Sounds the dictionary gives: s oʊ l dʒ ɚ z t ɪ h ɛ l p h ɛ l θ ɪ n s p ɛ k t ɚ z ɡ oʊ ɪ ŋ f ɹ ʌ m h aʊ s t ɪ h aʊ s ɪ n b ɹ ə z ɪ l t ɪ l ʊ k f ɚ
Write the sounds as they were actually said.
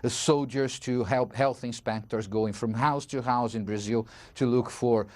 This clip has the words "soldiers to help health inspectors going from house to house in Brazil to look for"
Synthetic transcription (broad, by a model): s oʊ l dʒ ɚ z t ɪ h ɛ l p h ɛ l θ ɪ n s p ɛ k t ɚ z ɡ oʊ ɪ ŋ f ɹ ʌ m h aʊ s t ɪ h aʊ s ɪ n b ɹ ə z ɪ l t ɪ l ʊ k f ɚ